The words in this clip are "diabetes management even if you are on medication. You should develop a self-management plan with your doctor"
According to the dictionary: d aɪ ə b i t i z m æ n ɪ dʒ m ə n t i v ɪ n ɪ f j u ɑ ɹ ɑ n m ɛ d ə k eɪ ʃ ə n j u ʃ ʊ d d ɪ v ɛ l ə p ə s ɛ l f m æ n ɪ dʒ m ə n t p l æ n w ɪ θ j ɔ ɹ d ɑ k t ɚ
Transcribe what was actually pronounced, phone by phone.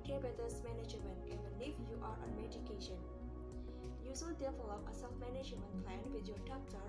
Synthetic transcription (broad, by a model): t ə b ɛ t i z m æ n ɪ dʒ m ə n t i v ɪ n ɪ f j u ɑ ɹ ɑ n m ɛ d ə k eɪ ʃ ə n j u s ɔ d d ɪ f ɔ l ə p ə s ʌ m m æ n ɪ dʒ m ə n t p l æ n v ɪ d j ɔ ɹ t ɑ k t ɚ